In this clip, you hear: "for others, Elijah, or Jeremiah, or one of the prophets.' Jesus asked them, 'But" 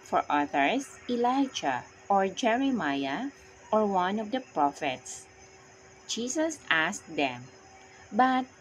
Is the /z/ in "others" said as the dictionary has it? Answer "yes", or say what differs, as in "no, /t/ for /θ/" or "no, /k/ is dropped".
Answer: no, /s/ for /z/